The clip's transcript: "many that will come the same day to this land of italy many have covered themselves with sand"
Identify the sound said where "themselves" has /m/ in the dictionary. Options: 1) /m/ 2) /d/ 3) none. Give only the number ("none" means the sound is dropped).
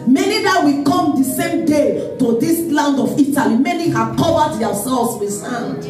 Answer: 3